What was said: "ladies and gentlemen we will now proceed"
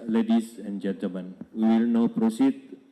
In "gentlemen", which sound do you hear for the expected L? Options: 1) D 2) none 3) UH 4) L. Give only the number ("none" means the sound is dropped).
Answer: 2